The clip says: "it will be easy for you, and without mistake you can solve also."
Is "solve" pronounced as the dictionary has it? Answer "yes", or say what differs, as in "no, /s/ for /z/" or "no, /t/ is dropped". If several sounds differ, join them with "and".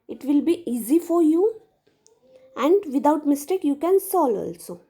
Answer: no, /v/ is dropped